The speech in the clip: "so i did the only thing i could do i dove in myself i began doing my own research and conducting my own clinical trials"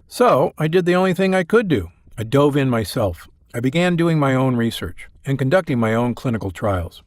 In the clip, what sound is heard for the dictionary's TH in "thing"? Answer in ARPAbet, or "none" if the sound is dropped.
TH